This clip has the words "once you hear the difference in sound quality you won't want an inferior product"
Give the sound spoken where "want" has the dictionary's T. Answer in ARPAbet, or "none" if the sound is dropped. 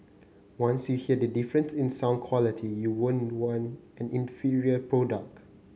none